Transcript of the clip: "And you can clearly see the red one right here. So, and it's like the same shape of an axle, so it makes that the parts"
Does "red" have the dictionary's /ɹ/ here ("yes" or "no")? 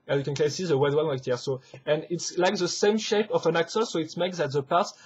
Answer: no